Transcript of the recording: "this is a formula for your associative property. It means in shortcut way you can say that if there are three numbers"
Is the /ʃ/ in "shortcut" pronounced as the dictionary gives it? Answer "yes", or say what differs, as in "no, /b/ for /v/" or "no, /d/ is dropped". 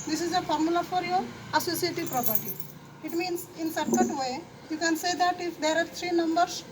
no, /s/ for /ʃ/